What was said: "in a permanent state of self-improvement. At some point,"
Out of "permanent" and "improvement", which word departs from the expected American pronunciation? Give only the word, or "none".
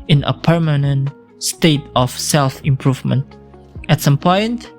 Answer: none